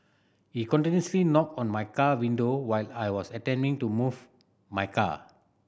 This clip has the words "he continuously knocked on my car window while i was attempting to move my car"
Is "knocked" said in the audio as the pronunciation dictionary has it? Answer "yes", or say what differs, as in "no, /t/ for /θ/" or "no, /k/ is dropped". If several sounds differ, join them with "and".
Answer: no, /t/ is dropped